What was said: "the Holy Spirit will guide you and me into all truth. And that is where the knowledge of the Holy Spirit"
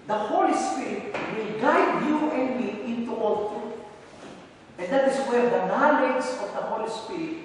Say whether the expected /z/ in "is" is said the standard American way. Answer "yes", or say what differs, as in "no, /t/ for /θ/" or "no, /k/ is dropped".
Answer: no, /s/ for /z/